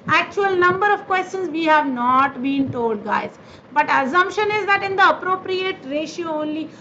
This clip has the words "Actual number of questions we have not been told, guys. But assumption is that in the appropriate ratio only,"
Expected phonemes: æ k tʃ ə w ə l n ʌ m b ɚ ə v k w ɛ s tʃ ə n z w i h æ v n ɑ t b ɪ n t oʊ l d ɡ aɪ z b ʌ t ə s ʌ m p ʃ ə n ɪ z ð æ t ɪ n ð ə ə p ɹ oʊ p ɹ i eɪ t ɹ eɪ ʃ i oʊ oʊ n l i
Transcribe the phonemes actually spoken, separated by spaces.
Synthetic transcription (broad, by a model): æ k tʃ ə ə l n ʌ m b ɚ ə v k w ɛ s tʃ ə n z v i h æ v n ɑ t b ɪ n t oʊ l d ɡ aɪ z b ʌ t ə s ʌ m p ʃ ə n ɪ z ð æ t ɪ n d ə ə p ɹ oʊ p ɹ i eɪ t ɹ eɪ ʃ i oʊ oʊ n l i